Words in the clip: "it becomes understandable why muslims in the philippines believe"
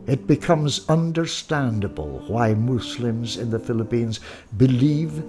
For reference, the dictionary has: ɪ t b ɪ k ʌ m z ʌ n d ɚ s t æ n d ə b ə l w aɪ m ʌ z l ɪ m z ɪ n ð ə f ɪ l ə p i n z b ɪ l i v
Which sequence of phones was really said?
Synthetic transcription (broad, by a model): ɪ t b ɪ k ʌ m z ʌ n d ɚ s t æ n d ə b ə l w aɪ m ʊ s l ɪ m z ɪ n ð ə f ɪ l ə p i n z b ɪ l i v